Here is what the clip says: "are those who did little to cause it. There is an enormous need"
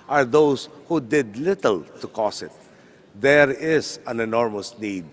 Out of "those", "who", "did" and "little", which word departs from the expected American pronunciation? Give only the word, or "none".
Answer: those